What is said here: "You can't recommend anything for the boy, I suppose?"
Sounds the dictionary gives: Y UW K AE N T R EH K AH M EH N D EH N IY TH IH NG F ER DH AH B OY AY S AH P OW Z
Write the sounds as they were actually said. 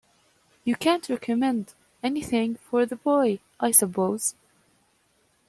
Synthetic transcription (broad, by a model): Y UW K AE N T R EH K AH M EH N D EH N IY TH IH NG F ER DH AH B OY AY S AH P OW Z